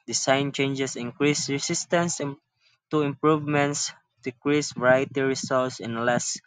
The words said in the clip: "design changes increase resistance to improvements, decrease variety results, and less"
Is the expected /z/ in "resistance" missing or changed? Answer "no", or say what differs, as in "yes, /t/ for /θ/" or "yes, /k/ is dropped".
yes, /s/ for /z/